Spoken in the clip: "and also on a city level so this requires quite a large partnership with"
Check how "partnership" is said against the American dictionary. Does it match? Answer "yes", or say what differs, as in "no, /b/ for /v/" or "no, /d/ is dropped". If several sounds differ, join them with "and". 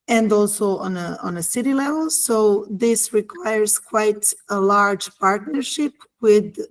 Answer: yes